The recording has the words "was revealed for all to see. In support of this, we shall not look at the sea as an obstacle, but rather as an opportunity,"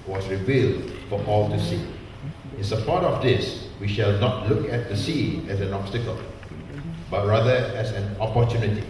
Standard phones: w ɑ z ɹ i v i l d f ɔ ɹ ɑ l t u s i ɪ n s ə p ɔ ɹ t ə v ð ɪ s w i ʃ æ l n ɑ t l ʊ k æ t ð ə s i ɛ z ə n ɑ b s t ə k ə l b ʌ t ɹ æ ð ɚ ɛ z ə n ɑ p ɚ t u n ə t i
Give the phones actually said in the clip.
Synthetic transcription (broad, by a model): w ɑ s ɹ i v i l d f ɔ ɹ ɑ l t u s i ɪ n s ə p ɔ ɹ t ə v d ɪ s w i ʃ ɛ l n ɑ t l ʊ k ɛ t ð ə s i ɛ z ə n ɑ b s t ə k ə l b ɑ t ɹ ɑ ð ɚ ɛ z ə n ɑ p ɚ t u n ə t i